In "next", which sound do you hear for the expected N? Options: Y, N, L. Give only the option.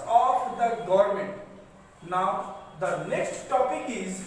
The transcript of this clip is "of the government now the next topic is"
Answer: L